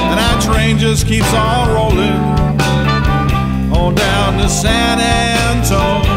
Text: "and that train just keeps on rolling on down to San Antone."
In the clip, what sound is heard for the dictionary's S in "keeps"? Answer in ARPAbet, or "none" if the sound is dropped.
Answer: S